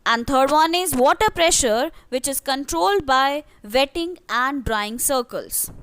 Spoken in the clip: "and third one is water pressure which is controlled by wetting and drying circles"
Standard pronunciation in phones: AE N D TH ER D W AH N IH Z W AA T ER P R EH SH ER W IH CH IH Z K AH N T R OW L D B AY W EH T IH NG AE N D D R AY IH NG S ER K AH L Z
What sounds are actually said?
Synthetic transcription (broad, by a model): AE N D T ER D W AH N IH Z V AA T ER P R EH SH ER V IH CH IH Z K AH N T R OW L D B AY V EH T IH NG AE N D D R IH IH NG S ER K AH L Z